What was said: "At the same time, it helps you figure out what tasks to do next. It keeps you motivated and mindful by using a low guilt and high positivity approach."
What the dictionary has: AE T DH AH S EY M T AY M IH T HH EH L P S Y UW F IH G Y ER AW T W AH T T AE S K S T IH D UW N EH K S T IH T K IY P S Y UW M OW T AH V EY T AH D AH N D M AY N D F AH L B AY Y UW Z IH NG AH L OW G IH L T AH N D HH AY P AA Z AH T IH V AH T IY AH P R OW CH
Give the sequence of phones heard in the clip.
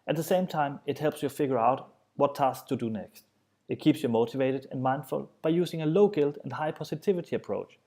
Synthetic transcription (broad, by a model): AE T DH AH S EY M T AY M IH T HH EH L P S Y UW F IH G Y ER AW T W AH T T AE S S T IH D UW N EH K S T IH T K IY P S Y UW M OW T AH V EY T AH D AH N M AY N D F AH L B AY Y UW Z IH NG AH L OW G IH L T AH N HH AY P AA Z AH T IH V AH T IY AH P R OW CH